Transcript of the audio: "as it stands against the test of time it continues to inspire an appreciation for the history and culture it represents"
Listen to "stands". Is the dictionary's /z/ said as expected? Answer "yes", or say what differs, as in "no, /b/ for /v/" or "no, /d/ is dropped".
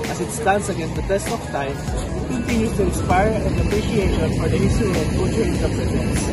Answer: no, /s/ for /z/